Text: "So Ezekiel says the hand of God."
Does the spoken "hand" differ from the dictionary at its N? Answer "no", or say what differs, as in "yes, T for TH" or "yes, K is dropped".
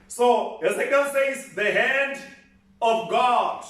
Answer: no